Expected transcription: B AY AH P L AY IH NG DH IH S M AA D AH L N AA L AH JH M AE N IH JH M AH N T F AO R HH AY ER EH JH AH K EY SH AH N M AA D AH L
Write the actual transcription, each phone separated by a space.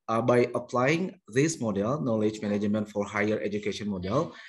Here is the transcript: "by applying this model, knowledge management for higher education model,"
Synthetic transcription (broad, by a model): B AY AH P L AY IH NG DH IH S M AA D AH L N AA L AH JH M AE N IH JH M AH N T F AO R HH AY ER EH JH AH K EY SH AH N M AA D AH L